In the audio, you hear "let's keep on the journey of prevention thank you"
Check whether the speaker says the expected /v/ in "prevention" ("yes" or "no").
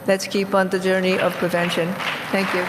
yes